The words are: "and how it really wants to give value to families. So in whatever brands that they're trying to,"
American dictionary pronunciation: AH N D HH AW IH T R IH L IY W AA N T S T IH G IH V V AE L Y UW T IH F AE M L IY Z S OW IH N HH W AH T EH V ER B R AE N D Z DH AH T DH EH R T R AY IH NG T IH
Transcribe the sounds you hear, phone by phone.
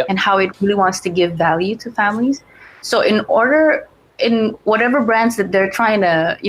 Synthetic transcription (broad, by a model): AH N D HH AW IH T R IH L IY W AA N T S T IH G IH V V AE L Y UW T IH F AE M L IY Z S OW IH N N W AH T EH V ER B R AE N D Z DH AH T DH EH R T R AY IH NG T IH